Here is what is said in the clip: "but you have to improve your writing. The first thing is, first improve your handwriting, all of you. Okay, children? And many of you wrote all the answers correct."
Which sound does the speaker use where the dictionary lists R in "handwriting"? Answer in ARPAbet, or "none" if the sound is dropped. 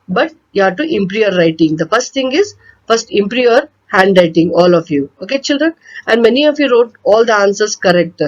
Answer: R